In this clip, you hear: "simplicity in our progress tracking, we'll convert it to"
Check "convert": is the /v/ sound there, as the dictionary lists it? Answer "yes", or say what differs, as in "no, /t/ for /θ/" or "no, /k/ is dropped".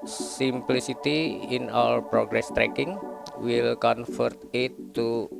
no, /f/ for /v/